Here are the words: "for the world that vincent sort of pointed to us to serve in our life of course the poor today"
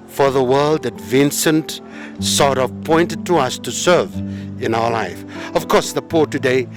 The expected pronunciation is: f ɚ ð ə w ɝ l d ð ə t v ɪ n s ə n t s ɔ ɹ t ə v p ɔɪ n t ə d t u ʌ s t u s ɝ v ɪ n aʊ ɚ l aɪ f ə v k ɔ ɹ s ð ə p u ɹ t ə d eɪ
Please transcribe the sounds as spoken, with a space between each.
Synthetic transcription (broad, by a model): f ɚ ð ə w ɝ l d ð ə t v ɪ n s ə n t s ɔ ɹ t ə v p ɔɪ n t ə d t u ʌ s t u s ɝ v ɪ n aʊ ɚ l aɪ f ə v k ɔ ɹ s ð ə p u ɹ t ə d eɪ